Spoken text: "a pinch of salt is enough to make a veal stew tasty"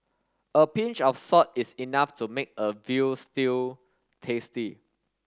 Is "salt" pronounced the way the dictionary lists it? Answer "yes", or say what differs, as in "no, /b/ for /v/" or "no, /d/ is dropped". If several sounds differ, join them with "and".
no, /l/ is dropped